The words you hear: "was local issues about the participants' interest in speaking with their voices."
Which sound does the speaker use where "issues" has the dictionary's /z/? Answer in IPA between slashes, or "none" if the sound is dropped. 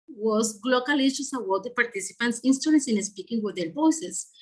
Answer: /s/